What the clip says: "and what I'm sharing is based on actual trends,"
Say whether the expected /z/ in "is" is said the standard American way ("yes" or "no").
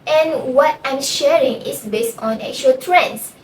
no